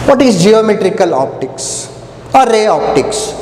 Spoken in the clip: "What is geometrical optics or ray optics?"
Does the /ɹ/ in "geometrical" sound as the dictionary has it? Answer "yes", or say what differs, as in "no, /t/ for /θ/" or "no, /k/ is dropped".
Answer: yes